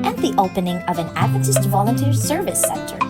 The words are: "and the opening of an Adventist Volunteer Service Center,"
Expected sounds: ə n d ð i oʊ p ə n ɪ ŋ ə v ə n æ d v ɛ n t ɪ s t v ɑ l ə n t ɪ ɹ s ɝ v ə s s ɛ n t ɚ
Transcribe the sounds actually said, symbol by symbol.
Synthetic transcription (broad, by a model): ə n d ð i oʊ p ə n ɪ ŋ ə v ə n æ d ʌ t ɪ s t v ɑ l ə n t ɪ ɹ s ɝ v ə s s ɛ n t ɚ